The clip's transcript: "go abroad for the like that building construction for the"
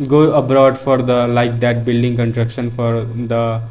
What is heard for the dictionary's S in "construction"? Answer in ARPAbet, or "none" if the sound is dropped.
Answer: none